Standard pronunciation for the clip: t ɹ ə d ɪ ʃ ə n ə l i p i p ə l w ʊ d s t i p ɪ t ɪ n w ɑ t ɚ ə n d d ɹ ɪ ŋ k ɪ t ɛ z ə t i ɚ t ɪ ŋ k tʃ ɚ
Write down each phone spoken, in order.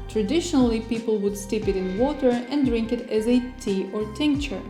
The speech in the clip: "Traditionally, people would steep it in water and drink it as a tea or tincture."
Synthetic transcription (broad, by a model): t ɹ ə d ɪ ʃ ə n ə l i p i p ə l w ʊ d s t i p ɪ t ɪ n w ɑ t ɚ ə n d d ɹ ɪ ŋ k ɪ t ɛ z ə t i ɚ t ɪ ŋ k tʃ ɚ